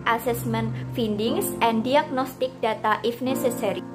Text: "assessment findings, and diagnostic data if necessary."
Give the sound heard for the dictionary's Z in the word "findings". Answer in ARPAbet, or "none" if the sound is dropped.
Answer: S